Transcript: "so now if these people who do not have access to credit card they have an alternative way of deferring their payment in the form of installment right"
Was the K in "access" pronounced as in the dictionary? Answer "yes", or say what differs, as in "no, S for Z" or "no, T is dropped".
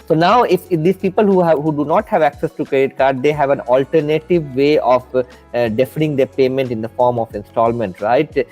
yes